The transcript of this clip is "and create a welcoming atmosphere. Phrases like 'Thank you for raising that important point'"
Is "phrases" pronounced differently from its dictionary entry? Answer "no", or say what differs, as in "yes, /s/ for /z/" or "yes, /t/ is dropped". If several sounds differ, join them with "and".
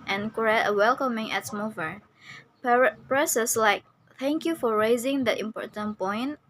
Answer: yes, /p/ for /f/ and /s/ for /z/ and /s/ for /z/